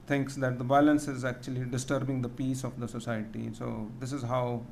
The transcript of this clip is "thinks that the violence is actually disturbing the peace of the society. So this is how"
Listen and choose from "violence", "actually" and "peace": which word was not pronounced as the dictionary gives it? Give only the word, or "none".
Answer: violence